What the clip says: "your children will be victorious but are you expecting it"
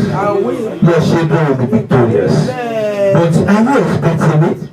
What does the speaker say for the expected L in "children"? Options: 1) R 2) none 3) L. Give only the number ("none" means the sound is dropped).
2